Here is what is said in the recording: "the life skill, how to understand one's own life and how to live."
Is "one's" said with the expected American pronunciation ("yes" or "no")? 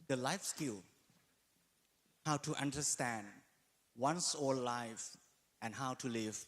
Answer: no